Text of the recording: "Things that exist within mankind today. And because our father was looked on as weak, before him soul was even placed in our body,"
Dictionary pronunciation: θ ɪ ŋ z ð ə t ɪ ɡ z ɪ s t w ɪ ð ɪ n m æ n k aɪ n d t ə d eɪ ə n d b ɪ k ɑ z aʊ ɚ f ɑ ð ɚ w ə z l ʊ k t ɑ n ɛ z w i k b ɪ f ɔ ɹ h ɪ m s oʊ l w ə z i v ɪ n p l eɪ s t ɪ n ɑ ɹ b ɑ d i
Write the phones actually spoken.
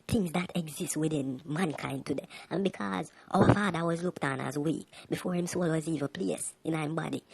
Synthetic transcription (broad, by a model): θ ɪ ŋ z ð ə t ɪ ɡ z ɪ s t w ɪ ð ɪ n m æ n k aɪ n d t ə d eɪ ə n b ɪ k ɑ z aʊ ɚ f ɑ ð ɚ w ə z l ʊ k t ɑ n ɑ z w i k b ɪ f ɔ ɹ h ɪ m s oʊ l w ə z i v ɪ p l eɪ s ɪ n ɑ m b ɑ d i